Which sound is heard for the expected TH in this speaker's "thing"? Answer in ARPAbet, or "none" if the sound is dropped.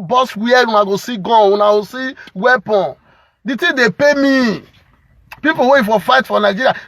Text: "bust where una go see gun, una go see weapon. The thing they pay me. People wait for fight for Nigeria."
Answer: T